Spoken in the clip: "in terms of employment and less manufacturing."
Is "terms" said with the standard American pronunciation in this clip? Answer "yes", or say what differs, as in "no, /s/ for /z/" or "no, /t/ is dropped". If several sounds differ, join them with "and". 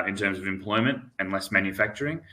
yes